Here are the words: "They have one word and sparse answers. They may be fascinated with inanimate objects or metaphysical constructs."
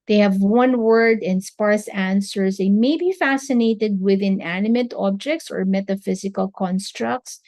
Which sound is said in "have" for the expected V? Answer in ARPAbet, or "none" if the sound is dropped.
V